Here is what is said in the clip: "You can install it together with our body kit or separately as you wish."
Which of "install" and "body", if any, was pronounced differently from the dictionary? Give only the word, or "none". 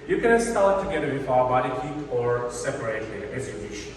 install